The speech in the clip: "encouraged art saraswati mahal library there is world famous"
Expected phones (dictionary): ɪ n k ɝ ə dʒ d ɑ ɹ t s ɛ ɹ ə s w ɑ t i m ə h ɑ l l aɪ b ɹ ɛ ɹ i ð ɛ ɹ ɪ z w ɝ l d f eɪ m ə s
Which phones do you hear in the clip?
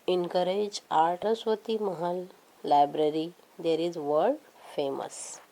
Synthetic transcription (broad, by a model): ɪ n k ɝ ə dʒ ɑ ɹ t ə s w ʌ t i m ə h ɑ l l aɪ b ɹ ɛ ɹ i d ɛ ɹ ɪ z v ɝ d f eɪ m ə s